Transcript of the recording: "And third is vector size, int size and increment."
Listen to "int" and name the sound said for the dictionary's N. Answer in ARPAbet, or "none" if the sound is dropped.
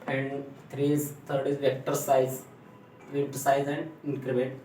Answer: none